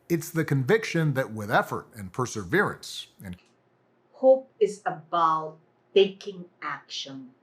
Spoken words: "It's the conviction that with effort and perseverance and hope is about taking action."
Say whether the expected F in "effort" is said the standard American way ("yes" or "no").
yes